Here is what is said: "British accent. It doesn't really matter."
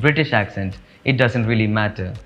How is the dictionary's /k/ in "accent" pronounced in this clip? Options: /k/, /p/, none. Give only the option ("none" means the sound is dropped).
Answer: /k/